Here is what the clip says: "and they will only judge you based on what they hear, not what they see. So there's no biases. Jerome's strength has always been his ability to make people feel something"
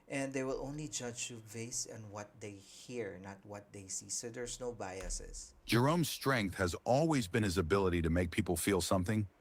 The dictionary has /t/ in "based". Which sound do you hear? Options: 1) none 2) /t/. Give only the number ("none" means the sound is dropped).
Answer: 1